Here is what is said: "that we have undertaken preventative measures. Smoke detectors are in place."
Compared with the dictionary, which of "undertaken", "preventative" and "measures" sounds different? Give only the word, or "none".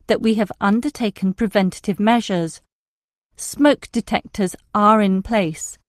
none